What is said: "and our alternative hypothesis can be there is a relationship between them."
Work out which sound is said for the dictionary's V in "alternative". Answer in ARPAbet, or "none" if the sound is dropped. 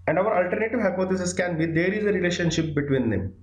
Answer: V